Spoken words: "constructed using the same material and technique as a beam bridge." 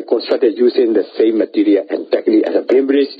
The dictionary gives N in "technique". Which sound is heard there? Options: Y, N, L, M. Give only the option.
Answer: L